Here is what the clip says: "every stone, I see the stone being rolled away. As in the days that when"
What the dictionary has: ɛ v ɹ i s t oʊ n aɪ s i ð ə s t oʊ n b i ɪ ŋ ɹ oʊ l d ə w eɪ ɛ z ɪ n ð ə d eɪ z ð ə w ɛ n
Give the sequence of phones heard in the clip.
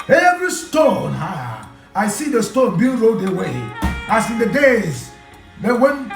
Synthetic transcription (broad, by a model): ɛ v ɹ i s t oʊ n aɪ s i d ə s t oʊ n b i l ɹ oʊ d ə w eɪ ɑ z ɪ n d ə d eɪ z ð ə w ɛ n